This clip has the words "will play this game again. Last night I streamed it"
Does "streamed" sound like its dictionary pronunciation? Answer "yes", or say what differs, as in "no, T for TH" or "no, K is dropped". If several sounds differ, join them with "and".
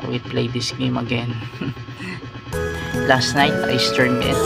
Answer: no, R is dropped